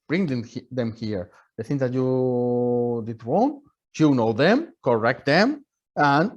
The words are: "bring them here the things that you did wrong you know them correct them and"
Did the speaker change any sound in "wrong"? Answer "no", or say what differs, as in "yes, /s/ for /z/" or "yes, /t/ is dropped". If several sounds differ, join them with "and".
yes, /w/ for /ɹ/